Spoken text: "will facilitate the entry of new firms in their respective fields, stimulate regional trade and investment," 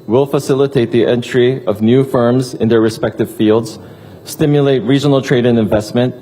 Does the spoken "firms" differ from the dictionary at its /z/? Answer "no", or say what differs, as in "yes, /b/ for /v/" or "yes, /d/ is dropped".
no